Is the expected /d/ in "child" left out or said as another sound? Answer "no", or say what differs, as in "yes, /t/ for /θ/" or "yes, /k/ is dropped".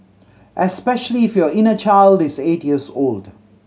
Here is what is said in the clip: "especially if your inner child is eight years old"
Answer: no